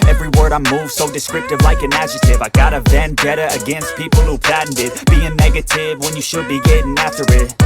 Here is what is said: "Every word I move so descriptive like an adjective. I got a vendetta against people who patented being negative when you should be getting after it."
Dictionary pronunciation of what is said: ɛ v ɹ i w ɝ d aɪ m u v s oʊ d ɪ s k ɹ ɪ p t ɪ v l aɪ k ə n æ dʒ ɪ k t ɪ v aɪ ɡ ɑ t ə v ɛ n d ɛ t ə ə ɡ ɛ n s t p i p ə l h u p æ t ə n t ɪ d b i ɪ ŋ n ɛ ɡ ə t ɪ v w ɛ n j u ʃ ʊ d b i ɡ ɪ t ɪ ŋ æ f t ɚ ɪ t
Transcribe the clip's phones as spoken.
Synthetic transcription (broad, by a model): ɛ v ɹ i w ɝ d aɪ m u v s oʊ d ɪ s k ɹ ɪ p t ɪ v l aɪ k ə n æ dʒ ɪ t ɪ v aɪ ɡ ɑ t ə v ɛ n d ɛ t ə ə ɡ ɛ n s t p i p l h u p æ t n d ɪ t b i ɪ ŋ n ɛ ɡ ə t ɪ v w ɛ n j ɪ ʃ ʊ d b i ɡ ɪ t ɪ ŋ æ f t ɚ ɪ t